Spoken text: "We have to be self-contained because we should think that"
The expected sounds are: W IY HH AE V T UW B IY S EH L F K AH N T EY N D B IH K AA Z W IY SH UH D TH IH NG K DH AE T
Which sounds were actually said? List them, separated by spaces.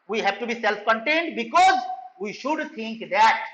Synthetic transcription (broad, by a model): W IY HH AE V T UW B IY S EH L F K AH N T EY N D B IH K AA Z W IY SH UH D T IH NG K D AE T